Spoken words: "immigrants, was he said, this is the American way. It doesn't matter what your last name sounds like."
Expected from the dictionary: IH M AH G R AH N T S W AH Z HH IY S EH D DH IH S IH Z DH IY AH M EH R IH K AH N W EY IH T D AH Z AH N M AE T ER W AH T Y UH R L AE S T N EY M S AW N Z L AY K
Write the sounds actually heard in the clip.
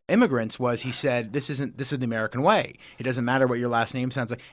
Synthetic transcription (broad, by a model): IH M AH G R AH N T S W AH Z HH IY S EH D DH IH S IH Z DH IY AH M EH R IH K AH N W EY IH T D AH Z AH N M AE T ER W AH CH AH R L AE S T N EY M S AW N Z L AY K